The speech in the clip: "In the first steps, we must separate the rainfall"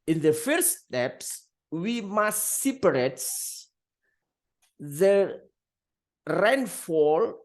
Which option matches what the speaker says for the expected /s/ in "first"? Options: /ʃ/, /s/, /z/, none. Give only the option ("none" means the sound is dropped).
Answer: none